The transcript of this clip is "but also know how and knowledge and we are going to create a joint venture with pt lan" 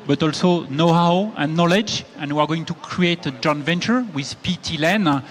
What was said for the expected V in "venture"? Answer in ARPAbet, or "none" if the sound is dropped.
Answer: V